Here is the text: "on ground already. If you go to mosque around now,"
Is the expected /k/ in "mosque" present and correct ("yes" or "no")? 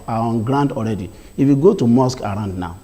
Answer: yes